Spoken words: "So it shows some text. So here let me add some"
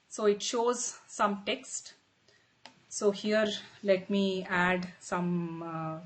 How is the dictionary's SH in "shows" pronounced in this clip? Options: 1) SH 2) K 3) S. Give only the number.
1